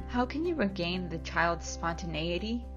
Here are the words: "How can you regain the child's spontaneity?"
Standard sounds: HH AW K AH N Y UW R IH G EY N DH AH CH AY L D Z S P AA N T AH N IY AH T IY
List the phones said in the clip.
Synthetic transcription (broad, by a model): HH AW K AH N Y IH R IH G EY N DH AH CH AY L D Z S P AA N T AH N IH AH T IY